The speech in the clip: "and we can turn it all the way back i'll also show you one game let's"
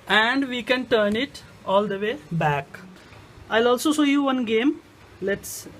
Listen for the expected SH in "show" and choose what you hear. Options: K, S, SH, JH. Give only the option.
S